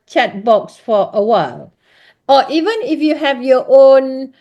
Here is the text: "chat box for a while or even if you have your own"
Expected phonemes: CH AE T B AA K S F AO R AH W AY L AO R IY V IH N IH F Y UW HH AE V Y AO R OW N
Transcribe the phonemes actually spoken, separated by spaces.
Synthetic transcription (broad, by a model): CH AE T B AA K S F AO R AH W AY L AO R IY V IH N IH F Y UW HH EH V Y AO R OW N